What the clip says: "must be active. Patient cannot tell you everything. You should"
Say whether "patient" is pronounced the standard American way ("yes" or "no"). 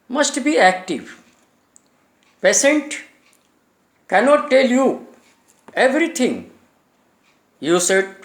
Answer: no